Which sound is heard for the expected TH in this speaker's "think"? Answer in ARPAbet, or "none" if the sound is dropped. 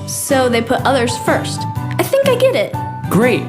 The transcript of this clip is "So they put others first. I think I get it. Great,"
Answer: TH